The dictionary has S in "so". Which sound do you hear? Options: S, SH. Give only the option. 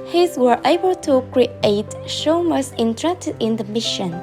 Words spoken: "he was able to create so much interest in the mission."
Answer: SH